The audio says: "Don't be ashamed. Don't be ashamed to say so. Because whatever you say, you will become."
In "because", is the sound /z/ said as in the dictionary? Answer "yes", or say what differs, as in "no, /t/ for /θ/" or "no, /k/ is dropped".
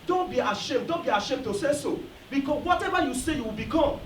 no, /z/ is dropped